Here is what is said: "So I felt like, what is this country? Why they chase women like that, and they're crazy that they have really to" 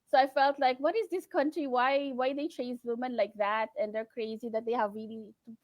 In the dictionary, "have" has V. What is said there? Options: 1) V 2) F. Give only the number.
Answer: 1